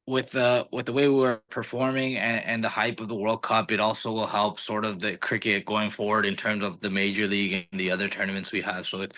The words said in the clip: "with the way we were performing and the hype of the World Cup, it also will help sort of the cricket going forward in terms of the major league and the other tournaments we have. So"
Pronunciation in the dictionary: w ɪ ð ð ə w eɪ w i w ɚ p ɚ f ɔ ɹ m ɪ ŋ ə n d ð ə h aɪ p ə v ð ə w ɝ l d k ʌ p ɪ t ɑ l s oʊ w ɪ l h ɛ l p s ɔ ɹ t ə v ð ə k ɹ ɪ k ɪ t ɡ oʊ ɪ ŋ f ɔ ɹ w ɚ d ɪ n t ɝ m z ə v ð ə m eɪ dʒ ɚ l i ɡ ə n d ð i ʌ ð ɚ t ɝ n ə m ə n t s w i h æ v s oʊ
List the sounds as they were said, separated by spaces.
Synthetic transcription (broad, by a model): w ɪ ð ð ə w eɪ w i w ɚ p ɚ f ɔ ɹ m ɪ ŋ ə n ð ə h aɪ p ə v ð ə w ɝ l d k ʌ p ɪ t ɑ l s oʊ w ɪ l h ɛ l p s ɔ ɹ t ə v ð ə k ɹ ɪ k ɪ t ɡ oʊ ɪ ŋ f ɔ ɹ w ɚ d ɪ n t ɝ m z ə v ð ə m eɪ dʒ ɚ l i ɡ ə n ð i ʌ ð ɚ t ɝ n ə m ə n t s w i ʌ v s oʊ